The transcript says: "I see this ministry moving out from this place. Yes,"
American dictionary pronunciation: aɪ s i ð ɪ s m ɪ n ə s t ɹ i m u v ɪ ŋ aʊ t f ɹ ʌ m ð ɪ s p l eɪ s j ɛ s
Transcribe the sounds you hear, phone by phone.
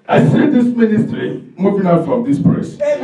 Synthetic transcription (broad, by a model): aɪ s i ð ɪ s m ɪ n ə s t ɹ i m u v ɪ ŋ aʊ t f ɹ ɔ m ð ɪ s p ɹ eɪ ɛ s